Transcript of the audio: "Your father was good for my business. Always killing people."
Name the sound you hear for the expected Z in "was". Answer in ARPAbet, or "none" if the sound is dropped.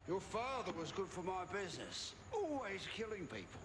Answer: Z